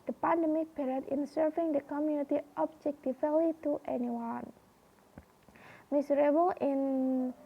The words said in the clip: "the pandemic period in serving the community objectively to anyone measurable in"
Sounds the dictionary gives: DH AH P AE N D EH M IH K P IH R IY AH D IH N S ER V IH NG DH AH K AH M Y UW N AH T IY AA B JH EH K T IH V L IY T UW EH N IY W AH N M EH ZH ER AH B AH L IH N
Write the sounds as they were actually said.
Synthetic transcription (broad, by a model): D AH P AE N D EH M IH K B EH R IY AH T IH N S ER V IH NG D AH K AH M Y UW N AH T IY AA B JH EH K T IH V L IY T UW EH N IY W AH N M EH S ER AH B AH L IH N